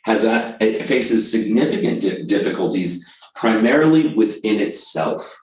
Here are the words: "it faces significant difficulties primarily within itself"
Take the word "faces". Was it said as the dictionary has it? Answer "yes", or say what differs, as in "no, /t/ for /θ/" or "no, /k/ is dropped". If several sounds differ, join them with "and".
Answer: yes